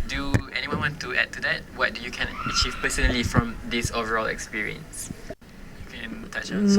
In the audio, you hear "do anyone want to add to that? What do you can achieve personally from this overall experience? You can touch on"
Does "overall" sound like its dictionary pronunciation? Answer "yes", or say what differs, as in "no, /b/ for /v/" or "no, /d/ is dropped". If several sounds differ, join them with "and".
yes